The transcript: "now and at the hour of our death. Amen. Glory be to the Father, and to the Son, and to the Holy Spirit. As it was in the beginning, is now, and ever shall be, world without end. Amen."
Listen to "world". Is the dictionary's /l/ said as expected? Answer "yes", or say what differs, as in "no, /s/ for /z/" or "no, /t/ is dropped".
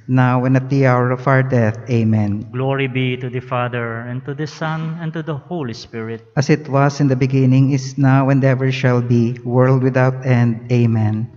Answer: yes